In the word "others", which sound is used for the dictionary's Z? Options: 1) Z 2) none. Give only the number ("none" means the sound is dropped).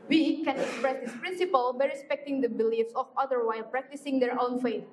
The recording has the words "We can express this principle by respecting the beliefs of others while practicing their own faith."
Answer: 2